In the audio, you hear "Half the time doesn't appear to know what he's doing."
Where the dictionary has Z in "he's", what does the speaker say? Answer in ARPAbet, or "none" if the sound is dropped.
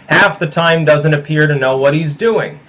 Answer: Z